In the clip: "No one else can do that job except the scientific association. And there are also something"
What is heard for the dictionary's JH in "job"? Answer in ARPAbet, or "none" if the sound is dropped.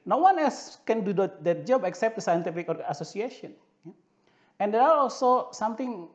JH